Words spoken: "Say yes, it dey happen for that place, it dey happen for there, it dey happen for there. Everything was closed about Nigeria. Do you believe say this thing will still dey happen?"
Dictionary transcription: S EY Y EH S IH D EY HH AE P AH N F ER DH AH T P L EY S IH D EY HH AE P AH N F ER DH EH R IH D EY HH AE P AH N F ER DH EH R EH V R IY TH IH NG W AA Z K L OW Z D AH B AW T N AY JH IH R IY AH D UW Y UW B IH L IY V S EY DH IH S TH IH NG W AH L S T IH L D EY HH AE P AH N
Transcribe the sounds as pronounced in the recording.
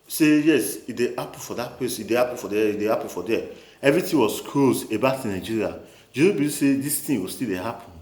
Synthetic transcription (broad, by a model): S EY Y EH S IH D EY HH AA P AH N F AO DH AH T P L EY S IH D EY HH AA P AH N F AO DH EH IH D EY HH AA P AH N F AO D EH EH V R IY T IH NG W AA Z K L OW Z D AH B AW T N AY JH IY R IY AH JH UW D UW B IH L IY S EY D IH S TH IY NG W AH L S T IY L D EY HH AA P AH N